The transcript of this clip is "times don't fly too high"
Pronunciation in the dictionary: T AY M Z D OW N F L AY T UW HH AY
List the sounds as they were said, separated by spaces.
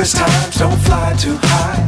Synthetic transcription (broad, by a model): T AY M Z D OW N F L AY T UW HH AY